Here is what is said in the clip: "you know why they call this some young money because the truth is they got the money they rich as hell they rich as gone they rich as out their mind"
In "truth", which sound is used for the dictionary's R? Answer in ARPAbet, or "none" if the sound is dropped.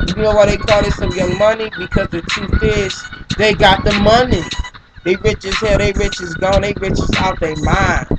none